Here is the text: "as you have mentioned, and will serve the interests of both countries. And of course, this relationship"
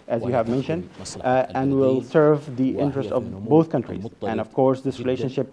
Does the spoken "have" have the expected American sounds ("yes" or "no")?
yes